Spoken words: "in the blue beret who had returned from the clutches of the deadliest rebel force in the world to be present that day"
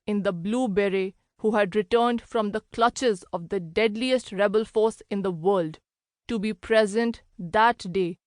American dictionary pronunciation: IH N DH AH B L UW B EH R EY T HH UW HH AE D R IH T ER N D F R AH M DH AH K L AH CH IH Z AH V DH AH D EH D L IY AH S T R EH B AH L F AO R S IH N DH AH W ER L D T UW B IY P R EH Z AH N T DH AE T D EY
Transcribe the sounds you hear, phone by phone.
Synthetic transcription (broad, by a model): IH N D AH B L UW B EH R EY HH UW HH AE D R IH T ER N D F R AH M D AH K L AH CH IH Z AH V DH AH D EH D L IY AH S T R EH B AH L F AO R S IH N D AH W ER L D T UW B IY P R EH Z AH N T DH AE T D EY